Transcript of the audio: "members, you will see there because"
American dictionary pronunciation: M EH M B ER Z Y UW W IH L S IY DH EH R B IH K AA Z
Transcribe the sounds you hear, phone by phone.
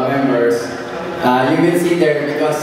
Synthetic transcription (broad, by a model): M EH M B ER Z Y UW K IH N S IY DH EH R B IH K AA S